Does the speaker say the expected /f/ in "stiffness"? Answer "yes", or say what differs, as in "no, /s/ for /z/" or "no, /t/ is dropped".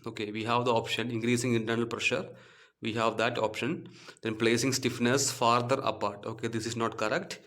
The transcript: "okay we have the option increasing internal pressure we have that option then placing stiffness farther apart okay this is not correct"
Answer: yes